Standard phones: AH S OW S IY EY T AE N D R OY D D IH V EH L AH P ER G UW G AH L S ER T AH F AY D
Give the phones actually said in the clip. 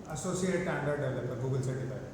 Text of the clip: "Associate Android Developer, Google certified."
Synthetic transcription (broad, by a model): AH S OW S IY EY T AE N D AH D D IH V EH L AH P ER G UW G AH L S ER T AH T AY